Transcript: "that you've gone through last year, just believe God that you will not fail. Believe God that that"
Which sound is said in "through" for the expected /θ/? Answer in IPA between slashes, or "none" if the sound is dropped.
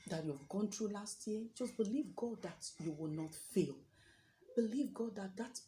/t/